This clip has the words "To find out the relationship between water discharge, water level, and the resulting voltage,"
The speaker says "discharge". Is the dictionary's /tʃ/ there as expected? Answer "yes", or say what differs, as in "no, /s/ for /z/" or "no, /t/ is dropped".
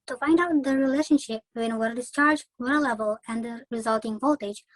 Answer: yes